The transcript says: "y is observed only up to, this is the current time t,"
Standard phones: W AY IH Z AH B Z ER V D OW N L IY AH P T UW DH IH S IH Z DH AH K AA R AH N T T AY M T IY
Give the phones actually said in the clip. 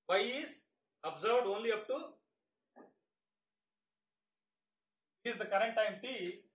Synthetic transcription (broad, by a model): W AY IH Z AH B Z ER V D OW N L IY AH P T UW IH IH Z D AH K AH R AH N T T AY M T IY